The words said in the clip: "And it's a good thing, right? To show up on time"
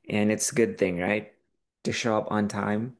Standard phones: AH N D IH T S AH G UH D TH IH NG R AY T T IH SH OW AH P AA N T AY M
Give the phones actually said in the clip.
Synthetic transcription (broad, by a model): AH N IH T S AH G UH D TH IH NG R AY T T IH SH OW AH P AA N T AY M